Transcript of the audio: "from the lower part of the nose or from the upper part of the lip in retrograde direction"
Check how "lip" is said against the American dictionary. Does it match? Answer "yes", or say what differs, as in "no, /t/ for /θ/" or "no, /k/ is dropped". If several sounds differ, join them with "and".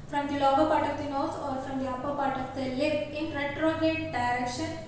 no, /p/ is dropped